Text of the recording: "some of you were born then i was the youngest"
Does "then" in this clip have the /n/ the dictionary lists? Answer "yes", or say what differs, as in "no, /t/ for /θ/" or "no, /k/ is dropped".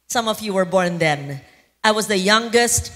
yes